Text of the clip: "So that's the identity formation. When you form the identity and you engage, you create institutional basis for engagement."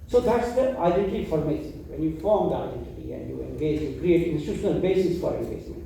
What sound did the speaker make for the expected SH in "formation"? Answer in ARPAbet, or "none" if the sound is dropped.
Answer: S